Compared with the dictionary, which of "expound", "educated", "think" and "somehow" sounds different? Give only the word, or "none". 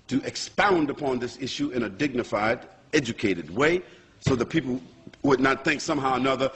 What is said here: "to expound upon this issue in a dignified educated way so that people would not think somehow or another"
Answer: none